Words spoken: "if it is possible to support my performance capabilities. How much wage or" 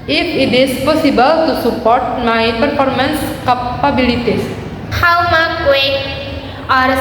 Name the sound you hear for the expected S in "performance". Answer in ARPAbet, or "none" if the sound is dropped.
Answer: S